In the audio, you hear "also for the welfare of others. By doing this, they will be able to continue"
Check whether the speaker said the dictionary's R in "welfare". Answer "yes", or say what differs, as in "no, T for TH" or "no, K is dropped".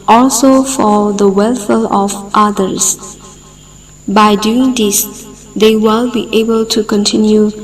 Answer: no, L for R